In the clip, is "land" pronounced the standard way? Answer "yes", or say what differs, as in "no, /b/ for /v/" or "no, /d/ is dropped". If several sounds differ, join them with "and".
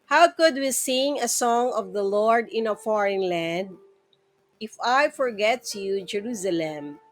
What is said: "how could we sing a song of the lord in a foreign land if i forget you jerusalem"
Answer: yes